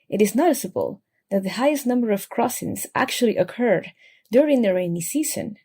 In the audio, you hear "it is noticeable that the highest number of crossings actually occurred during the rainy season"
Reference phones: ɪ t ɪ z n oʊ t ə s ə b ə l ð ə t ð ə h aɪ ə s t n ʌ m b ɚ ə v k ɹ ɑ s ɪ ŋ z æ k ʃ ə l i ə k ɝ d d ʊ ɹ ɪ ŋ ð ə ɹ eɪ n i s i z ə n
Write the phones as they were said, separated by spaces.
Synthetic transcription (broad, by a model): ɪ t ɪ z n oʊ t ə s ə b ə l ð ə t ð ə h aɪ ə s t n ʌ m b ɚ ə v k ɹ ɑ s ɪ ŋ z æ k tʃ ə l i ə k ɝ d d ʊ ɹ ɪ ŋ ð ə ɹ eɪ n i s i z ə n